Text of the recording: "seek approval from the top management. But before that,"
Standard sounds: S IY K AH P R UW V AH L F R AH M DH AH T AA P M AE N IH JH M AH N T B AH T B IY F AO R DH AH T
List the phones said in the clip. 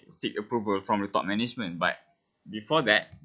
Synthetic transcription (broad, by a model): S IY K AH P R UW V AH L F R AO M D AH T AA P M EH N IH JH M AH N B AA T B IY F AO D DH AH T